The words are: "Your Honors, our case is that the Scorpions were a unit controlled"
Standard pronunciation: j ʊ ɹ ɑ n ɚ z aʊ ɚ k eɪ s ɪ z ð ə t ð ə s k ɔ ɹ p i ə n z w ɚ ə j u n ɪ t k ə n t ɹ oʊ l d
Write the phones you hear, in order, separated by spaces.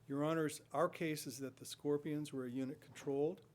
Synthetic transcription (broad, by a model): j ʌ ɹ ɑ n ɚ z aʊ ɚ k eɪ s ɪ z ð ə t ð ə s k ɔ ɹ p i ə n z w ɚ ə j u n ɪ t k n t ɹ oʊ l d